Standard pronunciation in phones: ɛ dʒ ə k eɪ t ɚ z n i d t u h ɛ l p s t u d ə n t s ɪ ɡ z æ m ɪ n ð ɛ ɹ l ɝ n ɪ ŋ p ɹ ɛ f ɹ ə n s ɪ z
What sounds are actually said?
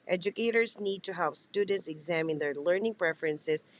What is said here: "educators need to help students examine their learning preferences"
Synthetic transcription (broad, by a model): ɛ dʒ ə k eɪ t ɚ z n i d t u h ɛ l p s t u d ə n t s ɪ ɡ z æ m ɪ n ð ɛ ɹ l ɝ n ɪ ŋ p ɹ ɛ f ɹ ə n s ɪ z